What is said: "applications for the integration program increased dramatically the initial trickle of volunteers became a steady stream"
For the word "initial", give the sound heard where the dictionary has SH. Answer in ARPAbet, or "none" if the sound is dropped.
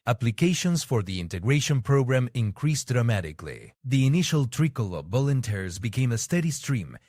SH